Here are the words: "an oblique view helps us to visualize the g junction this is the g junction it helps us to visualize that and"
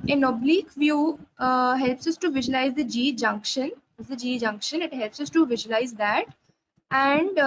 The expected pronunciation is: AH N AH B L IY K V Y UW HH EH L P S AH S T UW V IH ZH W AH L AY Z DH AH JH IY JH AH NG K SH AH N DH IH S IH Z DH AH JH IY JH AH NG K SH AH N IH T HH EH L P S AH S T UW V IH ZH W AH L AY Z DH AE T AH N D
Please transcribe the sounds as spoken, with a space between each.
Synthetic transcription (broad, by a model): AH N AH B L IY K V Y UW HH EH L P S AH S T UW V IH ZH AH L AY Z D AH JH IY JH AH NG K SH AH N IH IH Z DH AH JH IY JH AH NG K SH AH N IH T HH EH L P S AH S T UW V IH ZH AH L AY Z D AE T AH N D